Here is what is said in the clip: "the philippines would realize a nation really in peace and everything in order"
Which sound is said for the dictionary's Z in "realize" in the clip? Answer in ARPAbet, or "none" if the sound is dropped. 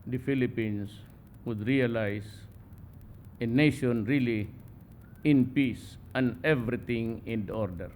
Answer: S